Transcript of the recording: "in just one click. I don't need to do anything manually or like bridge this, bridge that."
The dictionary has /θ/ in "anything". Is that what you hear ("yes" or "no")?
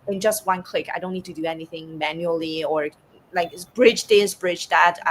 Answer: yes